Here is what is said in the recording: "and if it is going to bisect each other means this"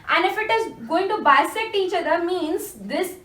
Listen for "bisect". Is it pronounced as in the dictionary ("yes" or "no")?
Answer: no